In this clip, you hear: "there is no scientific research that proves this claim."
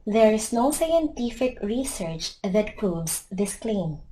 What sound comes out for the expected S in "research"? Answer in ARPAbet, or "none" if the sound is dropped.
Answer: S